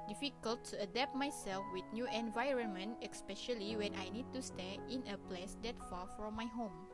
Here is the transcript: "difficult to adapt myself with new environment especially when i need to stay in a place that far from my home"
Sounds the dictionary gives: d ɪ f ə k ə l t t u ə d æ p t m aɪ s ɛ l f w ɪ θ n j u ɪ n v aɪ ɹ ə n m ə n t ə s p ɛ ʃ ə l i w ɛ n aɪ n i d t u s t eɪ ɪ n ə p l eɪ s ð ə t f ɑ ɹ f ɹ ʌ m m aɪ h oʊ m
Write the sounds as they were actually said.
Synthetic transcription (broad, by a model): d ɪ f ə k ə l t t u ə d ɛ p t m aɪ s ɛ l f w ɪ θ n j u ɪ n v aɪ ɹ ə n m ə n t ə s p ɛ ʃ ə l i w ɛ n aɪ n i d t u s t eɪ ɪ n ə p l eɪ s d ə t f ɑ f ɹ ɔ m m aɪ h oʊ m